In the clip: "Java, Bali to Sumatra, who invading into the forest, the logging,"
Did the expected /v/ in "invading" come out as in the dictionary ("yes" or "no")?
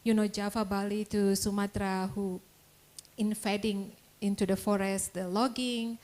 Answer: no